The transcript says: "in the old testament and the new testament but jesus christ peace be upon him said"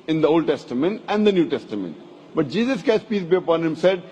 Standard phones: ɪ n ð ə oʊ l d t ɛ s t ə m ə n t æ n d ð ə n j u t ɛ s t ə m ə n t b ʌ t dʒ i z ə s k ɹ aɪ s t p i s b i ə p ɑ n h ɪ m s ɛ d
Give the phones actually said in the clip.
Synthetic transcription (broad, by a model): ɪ n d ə oʊ l d t ɛ s t ə m ə n t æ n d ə n j u t ɛ s t ə m ə n t b ʌ t dʒ i z ə s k aɪ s p i s b i ə p ɑ n h ɪ m s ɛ d